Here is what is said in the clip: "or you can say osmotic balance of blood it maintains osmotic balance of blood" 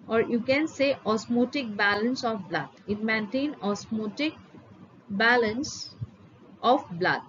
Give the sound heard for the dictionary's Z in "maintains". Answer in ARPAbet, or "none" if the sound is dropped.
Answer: none